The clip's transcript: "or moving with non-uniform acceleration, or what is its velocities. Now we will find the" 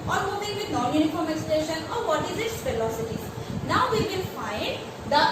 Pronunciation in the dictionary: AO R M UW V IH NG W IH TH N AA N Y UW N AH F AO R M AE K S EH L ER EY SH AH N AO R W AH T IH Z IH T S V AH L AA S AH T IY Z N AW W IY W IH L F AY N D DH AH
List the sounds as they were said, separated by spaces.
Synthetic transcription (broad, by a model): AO R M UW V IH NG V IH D N AA N Y UW N AH F AO R M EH K S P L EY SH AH N AO R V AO T IH Z IH T S F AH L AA S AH T IY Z N AW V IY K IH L F AY N D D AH